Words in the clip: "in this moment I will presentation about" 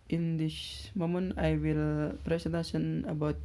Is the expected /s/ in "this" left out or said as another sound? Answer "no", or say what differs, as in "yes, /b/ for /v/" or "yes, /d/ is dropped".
yes, /ʃ/ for /s/